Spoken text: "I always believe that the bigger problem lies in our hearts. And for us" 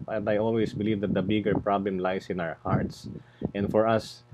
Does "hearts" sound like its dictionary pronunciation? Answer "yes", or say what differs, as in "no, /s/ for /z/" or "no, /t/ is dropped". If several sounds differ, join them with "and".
yes